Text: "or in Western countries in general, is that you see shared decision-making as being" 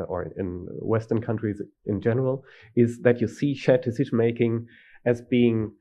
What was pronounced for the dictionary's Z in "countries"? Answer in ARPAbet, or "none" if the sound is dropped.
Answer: Z